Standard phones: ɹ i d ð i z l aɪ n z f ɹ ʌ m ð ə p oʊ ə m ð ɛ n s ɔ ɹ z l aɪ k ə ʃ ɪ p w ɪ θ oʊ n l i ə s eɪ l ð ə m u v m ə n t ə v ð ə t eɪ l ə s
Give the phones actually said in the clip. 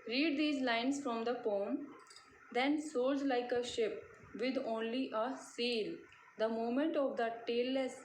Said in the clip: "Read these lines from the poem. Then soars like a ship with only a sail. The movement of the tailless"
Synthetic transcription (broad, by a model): ɹ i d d i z l aɪ n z f ɹ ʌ m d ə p oʊ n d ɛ n s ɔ l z l aɪ k ə ʃ ɪ p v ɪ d oʊ n l i ə s eɪ l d ə m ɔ m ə n t ə v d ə t eɪ l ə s